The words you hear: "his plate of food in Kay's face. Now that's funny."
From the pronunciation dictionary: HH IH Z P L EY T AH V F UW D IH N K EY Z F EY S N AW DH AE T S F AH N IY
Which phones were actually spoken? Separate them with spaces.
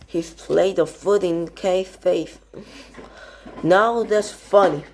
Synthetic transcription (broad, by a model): HH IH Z P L EY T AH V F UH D IH N K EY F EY TH N AW DH AE T S F AH N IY